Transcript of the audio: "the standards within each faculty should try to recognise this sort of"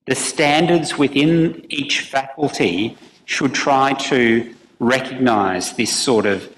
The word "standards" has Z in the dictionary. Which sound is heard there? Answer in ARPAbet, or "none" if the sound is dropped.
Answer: Z